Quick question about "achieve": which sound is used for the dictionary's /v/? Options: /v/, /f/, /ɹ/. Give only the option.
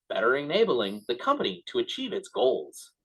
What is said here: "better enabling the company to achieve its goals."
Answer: /v/